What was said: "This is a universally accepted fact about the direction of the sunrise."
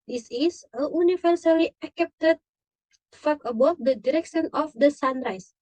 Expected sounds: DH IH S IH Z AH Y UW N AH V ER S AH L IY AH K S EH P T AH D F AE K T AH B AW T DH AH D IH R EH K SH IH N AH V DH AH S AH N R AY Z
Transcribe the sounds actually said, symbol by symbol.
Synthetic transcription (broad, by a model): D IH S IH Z AH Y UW N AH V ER S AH L IY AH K EH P T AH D F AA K AH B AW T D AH D IH R EH K SH IH N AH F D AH S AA N R AY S